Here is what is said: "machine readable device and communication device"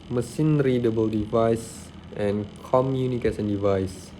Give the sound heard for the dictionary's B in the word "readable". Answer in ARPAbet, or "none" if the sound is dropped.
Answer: B